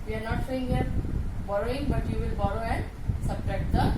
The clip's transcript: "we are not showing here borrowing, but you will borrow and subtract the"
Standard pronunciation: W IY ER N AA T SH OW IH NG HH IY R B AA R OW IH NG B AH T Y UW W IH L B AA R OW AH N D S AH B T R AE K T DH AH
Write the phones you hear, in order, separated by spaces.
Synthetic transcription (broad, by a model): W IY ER N AA T S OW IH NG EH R B AA R OW IH NG B AH T Y UW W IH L B AA R OW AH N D S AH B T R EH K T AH